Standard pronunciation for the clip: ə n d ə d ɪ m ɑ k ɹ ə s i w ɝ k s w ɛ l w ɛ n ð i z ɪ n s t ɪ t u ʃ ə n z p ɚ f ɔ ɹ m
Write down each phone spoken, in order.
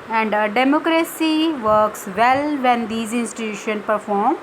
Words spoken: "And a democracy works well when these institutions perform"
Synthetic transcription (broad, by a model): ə n d ə d ɪ m ɑ k ɹ ə s i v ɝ k s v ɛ l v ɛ n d i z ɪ n s t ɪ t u ʃ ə n p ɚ f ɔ ɹ m